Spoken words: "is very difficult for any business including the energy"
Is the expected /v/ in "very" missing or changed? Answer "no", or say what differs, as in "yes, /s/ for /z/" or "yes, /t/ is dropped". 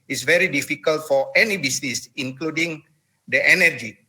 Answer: no